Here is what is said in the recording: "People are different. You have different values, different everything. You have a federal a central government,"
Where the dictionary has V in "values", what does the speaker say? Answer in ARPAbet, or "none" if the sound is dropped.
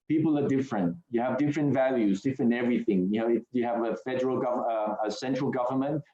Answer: V